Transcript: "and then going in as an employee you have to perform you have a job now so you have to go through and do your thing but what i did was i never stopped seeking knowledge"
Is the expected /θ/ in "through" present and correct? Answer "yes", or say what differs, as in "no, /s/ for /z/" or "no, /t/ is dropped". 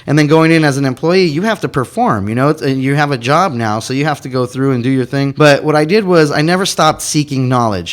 yes